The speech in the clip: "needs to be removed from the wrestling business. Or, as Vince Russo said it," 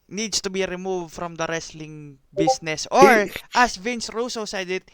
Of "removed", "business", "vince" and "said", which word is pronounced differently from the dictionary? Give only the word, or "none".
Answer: business